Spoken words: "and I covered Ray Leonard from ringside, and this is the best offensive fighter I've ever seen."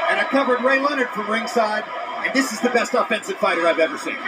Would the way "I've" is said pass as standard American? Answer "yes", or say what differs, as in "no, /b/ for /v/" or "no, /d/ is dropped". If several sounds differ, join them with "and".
yes